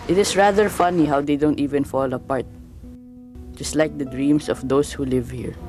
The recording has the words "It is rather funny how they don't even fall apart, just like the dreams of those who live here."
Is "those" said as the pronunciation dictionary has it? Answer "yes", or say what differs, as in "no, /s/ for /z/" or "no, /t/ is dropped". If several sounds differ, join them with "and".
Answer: no, /s/ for /z/